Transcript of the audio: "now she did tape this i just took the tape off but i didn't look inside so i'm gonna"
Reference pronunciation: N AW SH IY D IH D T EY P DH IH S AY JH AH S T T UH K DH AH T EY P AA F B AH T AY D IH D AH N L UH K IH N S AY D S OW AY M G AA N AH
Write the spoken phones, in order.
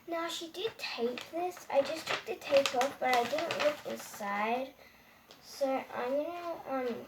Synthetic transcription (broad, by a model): N AW SH IY D IH D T EY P DH IH S AY JH AH S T T UH K DH AH T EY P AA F B AH T AY D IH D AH N L UH K IH N S AY D S OW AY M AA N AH